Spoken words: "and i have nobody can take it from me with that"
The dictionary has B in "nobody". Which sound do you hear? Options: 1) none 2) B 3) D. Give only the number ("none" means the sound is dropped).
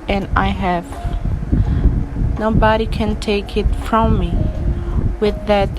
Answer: 2